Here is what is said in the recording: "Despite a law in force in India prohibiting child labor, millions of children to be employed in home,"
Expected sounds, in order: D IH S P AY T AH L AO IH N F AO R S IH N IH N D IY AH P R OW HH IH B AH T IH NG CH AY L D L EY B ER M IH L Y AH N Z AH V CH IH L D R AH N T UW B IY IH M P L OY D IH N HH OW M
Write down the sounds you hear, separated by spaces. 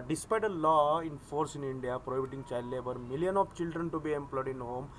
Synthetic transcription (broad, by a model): D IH S P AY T AH L AO IH N F AO R S IH N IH N D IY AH P R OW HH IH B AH T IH NG CH AY L D L EY B ER M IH L Y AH N AH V CH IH L D R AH N T UW B IY IH M P L OY D IH N HH OW M